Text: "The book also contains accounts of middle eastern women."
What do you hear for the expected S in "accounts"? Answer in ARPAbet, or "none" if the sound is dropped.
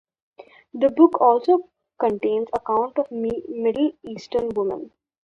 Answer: none